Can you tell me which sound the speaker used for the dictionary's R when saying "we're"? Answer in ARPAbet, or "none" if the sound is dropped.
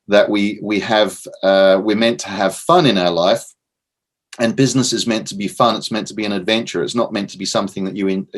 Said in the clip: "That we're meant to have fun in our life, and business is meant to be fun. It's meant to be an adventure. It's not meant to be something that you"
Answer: W